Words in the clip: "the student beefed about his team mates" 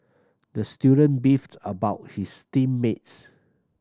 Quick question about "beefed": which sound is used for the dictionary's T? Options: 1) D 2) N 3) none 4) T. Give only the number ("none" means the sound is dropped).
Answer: 4